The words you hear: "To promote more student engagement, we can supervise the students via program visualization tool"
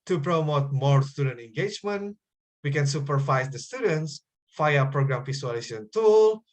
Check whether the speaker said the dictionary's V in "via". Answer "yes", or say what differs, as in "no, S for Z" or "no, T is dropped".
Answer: no, F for V